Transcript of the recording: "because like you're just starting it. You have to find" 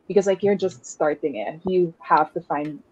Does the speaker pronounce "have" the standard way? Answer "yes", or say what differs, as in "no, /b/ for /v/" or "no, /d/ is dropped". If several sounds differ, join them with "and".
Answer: no, /f/ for /v/